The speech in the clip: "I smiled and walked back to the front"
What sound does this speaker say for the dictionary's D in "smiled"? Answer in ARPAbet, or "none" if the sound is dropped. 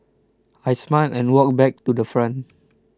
none